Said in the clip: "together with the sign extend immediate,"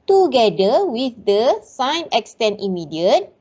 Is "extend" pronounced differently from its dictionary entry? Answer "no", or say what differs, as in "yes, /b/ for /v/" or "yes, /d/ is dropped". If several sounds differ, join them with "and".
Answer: yes, /d/ is dropped